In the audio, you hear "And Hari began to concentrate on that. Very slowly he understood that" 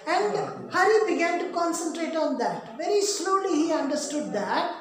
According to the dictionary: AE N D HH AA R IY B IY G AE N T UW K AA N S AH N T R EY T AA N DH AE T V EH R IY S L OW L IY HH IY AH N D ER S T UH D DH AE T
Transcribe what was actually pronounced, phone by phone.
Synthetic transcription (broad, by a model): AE N D HH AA L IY B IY G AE N T UW K AA N S AH N T R EY T AA N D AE T V EH R IY S L OW L IY HH IY AH N D ER S T UH D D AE T